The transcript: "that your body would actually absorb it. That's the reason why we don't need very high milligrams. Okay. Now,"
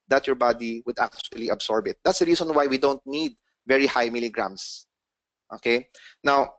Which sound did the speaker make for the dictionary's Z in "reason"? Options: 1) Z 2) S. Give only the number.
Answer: 2